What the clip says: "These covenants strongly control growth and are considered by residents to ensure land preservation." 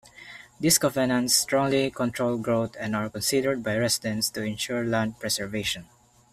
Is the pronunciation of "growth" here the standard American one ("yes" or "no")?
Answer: no